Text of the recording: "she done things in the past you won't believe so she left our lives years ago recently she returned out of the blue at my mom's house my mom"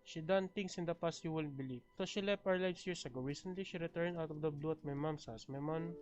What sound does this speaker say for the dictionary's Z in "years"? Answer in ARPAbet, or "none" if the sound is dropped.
S